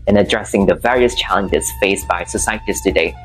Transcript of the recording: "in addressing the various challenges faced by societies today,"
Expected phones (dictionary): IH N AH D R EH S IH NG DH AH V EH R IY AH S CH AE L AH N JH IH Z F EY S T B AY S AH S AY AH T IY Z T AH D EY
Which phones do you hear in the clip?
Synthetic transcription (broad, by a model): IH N AH D R EH S IH NG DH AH V EH R IY AH S CH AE L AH N JH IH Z F EY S B AY S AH S AY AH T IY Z T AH D EY